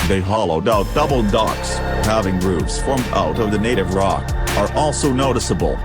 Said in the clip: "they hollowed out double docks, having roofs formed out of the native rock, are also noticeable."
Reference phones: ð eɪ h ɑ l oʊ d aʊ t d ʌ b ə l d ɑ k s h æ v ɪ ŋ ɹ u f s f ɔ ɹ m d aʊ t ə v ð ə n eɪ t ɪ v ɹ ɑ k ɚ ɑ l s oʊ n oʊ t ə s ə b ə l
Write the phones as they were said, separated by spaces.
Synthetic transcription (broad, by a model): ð eɪ h ɑ l oʊ d aʊ t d ʌ b l d ɑ k s h æ v ɪ ŋ ɹ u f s f ɔ ɹ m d aʊ t ə v ð ə n eɪ t ɪ v ɹ ɑ k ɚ ɑ l s oʊ n oʊ t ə s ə b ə l